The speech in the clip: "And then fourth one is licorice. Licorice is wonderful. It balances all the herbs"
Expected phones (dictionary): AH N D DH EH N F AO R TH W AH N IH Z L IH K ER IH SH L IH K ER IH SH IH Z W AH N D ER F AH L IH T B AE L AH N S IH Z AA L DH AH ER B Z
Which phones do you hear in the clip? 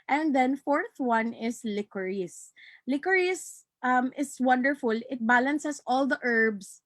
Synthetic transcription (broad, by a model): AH N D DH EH N F AO R TH W AH N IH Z L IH K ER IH S L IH K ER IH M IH S W AH N D ER F AH L IH T B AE L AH N S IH S AA L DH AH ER B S